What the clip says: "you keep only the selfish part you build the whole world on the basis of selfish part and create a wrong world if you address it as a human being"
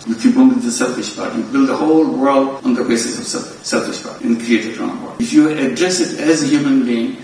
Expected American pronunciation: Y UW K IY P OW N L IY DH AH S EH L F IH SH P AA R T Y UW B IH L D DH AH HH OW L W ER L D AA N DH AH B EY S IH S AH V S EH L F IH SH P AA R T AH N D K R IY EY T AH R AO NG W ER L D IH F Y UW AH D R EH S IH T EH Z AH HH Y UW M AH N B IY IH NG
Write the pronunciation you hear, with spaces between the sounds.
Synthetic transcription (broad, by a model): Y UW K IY B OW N IY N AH S EH L F IH SH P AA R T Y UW B IH L D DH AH HH OW L W ER L D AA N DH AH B EY S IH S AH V S EH L F IH SH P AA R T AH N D K R IY EY T AH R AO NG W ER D IH F Y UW AH D R EH S IH T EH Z AH HH Y UW M AH N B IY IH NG